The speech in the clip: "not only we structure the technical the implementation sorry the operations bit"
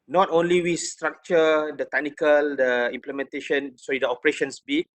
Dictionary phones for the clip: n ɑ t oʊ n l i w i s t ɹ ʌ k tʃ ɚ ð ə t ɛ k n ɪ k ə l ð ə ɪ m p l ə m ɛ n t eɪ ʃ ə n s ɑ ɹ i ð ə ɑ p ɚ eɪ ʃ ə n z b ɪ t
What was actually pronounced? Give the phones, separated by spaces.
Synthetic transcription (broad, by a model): n ɑ t oʊ n l i w i s t ɹ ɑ k tʃ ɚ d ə t ɛ k n ɪ k ə l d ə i m p l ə m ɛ n t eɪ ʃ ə n s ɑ i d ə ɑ p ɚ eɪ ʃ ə n s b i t